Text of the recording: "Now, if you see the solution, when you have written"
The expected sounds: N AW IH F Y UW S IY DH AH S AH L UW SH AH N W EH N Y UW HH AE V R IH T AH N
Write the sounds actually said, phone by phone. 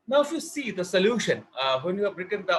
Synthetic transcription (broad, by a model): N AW IH F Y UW S IY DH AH S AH L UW SH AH N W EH N Y UW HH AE B R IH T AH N